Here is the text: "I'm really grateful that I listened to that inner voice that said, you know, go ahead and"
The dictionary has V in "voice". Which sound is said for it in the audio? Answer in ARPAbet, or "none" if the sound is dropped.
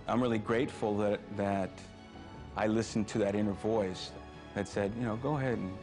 V